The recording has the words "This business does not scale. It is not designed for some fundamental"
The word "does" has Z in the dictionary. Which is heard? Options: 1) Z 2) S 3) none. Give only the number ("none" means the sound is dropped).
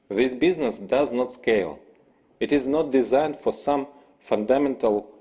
1